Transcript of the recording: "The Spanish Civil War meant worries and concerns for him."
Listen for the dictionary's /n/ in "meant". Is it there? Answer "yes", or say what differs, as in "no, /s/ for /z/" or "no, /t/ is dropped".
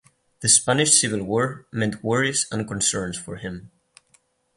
yes